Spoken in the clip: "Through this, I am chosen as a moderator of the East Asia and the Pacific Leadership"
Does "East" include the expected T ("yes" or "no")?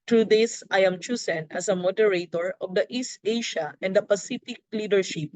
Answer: yes